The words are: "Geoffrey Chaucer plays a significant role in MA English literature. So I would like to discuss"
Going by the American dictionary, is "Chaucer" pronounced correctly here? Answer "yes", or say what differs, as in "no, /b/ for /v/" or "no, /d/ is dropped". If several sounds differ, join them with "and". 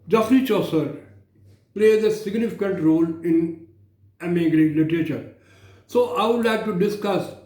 yes